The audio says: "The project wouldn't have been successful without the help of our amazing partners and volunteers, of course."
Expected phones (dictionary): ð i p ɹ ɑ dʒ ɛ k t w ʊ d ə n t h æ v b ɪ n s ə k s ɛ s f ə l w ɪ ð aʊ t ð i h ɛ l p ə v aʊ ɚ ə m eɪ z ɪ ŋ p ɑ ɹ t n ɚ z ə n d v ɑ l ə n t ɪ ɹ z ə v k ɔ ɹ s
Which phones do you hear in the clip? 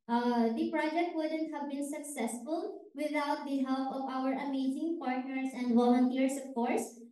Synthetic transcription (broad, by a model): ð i p ɹ ɑ dʒ ɛ k t w ʊ d ə n t h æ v b ɪ n s ə k s ɛ s f ə l w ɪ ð aʊ t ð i h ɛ l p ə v aʊ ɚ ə m eɪ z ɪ ŋ p ɑ ɹ t n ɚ s ə n d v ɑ l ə n t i ɹ s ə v k ɔ ɹ s